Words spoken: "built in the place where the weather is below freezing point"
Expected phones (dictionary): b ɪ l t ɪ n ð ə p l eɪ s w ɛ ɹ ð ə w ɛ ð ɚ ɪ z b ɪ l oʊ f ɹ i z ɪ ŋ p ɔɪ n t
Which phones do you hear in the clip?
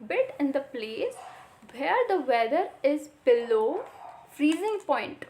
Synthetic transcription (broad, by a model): b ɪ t ɪ n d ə p l eɪ s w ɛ ɹ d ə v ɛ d ɚ ɪ z b ɪ l oʊ f ɹ i z ɪ ŋ p ɔɪ n t